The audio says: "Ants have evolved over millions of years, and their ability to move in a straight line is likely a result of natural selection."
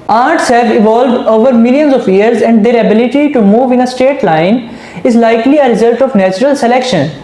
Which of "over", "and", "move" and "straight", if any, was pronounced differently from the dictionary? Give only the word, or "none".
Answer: straight